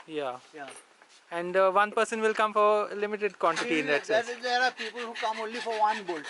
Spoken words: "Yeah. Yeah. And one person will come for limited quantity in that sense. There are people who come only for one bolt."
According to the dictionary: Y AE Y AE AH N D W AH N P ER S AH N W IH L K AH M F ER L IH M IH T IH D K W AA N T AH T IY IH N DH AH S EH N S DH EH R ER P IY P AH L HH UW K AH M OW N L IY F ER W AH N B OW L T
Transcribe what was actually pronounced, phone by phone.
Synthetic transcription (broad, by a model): Y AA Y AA AH N D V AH N P ER S AH N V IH L K AH M F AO L IH M IH T IH D K W AA N T AH T IY IH N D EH S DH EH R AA P IY P AH L HH UW K AH M OW N L IY F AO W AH N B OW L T